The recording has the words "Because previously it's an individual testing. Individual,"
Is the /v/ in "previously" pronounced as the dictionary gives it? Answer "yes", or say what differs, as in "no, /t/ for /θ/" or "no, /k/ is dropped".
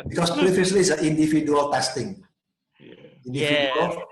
no, /f/ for /v/